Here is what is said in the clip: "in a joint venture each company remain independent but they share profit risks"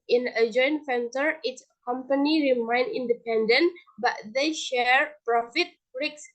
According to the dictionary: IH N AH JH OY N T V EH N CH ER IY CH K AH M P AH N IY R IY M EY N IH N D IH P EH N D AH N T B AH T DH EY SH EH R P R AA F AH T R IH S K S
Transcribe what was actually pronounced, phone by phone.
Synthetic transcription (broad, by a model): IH N AH JH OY N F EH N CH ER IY S K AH M P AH N IY R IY M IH N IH N D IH P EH N D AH N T B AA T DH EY SH EH R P R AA F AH T R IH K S